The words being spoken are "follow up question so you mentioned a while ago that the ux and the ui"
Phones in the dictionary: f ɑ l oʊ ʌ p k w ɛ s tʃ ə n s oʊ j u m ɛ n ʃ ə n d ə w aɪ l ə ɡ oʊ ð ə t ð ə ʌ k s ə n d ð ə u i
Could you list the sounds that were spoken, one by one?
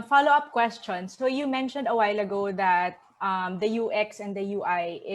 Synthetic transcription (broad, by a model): f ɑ l oʊ ʌ p k w ɛ s tʃ ə n s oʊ j u m ɛ n ʃ ə n d ə w aɪ l ə ɡ oʊ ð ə t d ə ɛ k s ə n d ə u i